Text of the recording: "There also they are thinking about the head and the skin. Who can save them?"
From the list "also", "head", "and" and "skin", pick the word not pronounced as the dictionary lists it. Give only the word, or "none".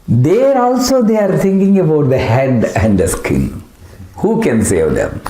skin